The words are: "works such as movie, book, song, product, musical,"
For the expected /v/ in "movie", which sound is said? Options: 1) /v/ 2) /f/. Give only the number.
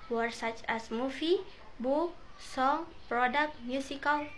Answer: 2